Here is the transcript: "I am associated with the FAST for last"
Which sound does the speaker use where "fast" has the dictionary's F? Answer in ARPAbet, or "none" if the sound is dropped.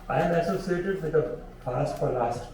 P